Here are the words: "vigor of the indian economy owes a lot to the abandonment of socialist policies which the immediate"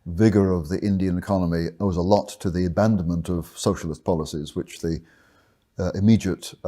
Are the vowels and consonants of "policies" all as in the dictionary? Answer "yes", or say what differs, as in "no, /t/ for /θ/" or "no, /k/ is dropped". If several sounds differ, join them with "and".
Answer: yes